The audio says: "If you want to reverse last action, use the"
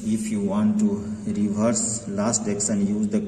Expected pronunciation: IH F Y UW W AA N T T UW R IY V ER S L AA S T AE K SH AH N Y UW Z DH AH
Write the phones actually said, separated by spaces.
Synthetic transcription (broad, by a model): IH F Y UW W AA N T T UW R IY V ER S L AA S T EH K S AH N Y UW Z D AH